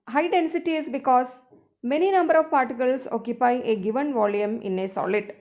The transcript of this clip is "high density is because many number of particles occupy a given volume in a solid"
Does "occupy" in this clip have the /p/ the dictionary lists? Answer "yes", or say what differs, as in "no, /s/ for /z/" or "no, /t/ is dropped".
yes